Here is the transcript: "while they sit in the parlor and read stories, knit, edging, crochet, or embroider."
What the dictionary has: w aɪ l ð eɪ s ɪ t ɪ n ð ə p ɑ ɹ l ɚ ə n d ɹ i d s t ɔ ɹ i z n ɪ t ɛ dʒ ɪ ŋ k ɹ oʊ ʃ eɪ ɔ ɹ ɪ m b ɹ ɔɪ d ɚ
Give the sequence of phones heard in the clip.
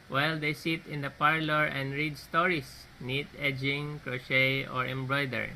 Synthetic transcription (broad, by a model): w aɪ l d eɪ s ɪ t ɪ n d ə p ɑ ɹ l ɚ ə n d ɹ i d s t ɔ ɹ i s n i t ɛ dʒ ɪ ŋ k ɹ oʊ ʃ eɪ ɔ ɹ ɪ m b ɹ ɔɪ d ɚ